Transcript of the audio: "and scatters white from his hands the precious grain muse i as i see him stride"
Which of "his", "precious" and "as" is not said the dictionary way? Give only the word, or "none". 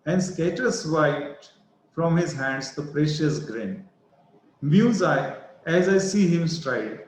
none